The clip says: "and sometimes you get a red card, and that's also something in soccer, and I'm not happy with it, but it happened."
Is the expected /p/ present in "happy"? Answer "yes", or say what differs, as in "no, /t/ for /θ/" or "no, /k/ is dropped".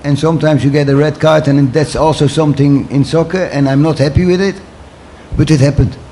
yes